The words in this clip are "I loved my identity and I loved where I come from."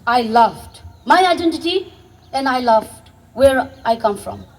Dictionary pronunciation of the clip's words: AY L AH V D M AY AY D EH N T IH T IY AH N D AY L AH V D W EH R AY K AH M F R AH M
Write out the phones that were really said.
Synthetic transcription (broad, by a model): AY L AH V D M AY AY D EH N T IH T IY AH N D AY L AH V D W EH R AY K AH M F R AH M